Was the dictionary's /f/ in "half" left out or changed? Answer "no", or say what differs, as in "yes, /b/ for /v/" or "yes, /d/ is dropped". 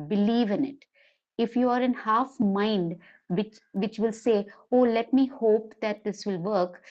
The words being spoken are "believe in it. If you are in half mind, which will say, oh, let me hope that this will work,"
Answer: no